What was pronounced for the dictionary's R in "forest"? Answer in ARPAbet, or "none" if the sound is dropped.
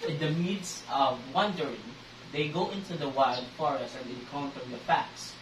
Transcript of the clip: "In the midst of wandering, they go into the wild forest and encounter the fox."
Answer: R